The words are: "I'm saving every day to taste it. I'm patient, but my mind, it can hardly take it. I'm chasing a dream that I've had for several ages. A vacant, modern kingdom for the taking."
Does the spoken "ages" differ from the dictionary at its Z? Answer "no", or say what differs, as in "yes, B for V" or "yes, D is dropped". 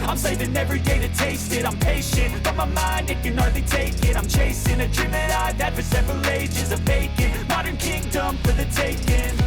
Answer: no